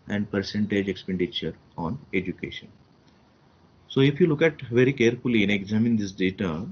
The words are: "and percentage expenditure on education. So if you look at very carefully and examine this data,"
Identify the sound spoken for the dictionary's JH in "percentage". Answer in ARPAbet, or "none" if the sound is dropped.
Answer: JH